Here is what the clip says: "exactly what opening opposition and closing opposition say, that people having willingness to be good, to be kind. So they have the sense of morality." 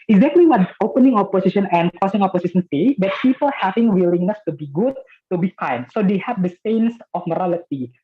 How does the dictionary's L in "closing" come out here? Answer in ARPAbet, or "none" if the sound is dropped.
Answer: none